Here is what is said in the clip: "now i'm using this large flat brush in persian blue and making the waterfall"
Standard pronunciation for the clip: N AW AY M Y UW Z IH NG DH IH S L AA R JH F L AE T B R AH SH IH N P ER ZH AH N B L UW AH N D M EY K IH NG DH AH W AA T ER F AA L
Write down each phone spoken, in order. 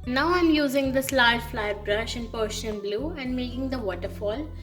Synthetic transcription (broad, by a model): N AW AY M Y UW Z IH NG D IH S L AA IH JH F L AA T B R AH SH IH N P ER SH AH N B L UW AH N D M EY K IH NG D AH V AA T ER F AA L